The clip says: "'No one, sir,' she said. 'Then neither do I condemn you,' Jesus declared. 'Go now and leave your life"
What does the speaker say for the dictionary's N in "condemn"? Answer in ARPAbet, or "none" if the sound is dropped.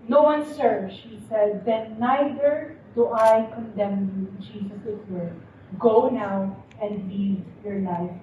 N